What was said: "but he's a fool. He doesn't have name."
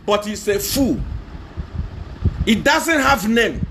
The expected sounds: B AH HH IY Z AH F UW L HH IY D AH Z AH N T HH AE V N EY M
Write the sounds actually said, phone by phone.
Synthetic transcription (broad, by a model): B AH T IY S AH F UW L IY D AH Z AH N T HH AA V N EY M